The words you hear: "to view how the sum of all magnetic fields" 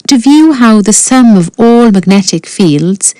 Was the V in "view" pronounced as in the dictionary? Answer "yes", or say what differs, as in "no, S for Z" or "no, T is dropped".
yes